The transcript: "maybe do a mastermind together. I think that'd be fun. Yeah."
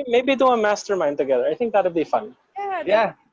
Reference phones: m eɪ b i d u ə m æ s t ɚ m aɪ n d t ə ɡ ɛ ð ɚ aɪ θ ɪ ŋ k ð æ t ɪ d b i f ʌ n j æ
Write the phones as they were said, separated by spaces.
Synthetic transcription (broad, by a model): m eɪ b i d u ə m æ s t ɚ m aɪ n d t ə ɡ ɛ ð ɚ aɪ θ ɪ ŋ k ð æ t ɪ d b i f ʌ n j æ